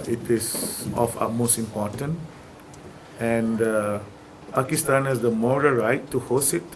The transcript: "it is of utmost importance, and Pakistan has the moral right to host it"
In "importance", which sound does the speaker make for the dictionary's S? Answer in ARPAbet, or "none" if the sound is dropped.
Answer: none